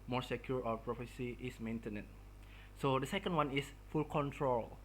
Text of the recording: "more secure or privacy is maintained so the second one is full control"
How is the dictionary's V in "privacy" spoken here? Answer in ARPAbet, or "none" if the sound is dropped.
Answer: F